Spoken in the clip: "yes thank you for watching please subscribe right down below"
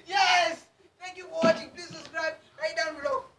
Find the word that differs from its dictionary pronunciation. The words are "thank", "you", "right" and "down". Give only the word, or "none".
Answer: thank